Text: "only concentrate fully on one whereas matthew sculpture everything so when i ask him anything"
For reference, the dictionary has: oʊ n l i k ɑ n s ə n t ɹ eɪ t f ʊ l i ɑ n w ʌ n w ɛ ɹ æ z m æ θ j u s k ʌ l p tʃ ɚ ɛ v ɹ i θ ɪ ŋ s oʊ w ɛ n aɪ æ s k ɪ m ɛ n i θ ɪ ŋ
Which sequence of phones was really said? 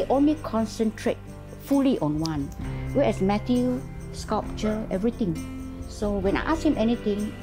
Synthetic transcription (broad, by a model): oʊ n l i k ɑ n s ə n t ɹ eɪ t f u l i ɑ n w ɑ n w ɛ ɛ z m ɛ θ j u s k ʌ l p tʃ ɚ ɛ v ɹ i t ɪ ŋ s oʊ w ɛ n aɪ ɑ s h ɪ m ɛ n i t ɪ ŋ